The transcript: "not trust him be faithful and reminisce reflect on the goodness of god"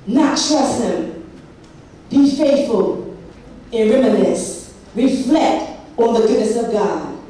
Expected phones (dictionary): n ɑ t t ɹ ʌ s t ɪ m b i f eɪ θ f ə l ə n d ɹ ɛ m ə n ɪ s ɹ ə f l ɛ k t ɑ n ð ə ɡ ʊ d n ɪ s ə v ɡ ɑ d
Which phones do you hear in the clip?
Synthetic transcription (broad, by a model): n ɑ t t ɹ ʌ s ɪ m b i f eɪ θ f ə l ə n ɹ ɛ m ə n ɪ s ɹ ə f l ɛ k t ɑ n ð ə ɡ ʊ d n ɪ s ə v ɡ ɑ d